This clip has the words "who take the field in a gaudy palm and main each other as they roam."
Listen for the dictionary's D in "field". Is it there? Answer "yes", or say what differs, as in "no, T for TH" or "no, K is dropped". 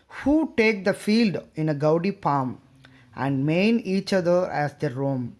yes